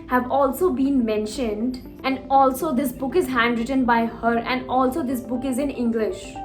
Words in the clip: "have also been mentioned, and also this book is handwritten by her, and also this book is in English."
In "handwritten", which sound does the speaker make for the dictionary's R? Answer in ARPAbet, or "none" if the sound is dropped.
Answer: R